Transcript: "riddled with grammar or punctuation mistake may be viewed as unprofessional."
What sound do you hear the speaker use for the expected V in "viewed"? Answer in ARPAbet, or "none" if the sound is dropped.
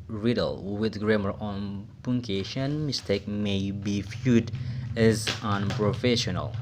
F